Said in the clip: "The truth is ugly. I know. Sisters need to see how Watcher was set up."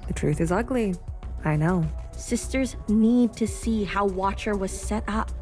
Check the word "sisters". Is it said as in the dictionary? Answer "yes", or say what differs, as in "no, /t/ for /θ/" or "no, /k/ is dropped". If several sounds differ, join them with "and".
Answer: yes